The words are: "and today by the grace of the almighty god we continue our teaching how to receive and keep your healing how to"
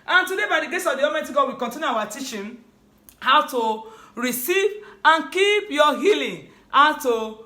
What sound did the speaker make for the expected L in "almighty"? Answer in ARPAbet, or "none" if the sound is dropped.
none